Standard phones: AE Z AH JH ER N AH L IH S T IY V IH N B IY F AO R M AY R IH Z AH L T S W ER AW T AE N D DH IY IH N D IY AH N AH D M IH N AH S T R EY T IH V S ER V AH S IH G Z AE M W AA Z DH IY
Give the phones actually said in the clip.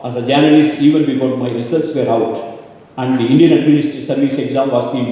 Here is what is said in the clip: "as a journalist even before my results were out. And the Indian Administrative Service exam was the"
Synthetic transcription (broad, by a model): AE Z AH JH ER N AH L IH S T IY V IH N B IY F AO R M AY R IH S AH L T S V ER AW T AE N D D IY IH N D IY AH N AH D M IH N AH S T AH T S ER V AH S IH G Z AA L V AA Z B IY